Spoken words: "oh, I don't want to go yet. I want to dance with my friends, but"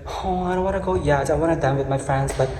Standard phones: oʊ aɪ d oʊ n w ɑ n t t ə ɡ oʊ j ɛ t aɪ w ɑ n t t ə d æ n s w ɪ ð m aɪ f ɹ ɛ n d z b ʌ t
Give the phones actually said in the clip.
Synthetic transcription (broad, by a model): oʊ aɪ d oʊ n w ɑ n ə ɡ oʊ j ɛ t aɪ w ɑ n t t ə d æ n w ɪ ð m aɪ f ɹ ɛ n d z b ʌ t